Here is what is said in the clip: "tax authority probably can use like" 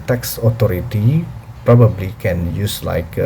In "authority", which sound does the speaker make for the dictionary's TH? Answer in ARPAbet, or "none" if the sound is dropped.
T